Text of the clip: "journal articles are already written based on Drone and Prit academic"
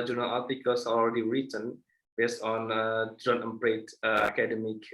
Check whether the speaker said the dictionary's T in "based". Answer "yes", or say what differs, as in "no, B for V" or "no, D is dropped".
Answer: yes